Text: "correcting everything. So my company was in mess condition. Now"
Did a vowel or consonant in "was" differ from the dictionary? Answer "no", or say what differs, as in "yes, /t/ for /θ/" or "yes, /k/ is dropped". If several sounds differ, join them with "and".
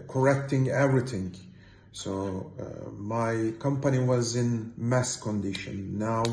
no